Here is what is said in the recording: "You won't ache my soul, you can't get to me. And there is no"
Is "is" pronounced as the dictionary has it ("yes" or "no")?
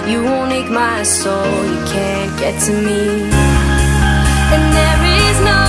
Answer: yes